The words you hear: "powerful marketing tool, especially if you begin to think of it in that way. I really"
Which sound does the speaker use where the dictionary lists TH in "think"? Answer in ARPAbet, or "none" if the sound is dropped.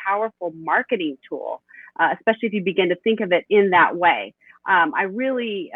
TH